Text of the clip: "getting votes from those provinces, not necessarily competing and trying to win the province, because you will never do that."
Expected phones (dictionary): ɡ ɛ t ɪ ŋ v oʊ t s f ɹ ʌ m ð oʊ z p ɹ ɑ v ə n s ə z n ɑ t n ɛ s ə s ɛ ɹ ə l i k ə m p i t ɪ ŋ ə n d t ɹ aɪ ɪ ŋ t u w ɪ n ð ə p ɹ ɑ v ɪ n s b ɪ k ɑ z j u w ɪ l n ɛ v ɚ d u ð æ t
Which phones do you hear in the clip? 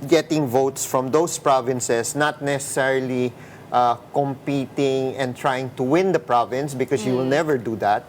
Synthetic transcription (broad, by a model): ɡ ɛ t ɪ ŋ v oʊ t s f ɹ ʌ m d oʊ s p ɹ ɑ v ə n s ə s n ɑ t n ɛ s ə s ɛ ɹ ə l i k ə m p i t ɪ ŋ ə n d t ɹ aɪ ɪ ŋ t u w ɪ n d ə p ɹ ɑ v ɪ n s b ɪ k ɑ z j u w ɪ l n ɛ v ɚ d u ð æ t